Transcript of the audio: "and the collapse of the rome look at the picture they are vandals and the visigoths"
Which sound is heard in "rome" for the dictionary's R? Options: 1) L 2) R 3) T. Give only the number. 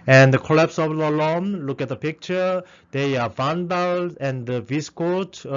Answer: 1